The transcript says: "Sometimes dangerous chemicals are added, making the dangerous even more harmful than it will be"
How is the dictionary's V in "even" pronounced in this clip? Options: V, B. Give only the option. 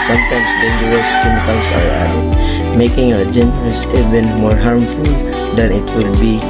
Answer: B